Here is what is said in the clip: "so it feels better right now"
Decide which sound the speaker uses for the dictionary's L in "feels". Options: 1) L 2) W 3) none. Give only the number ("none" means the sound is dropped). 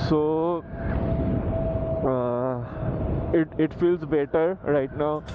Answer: 1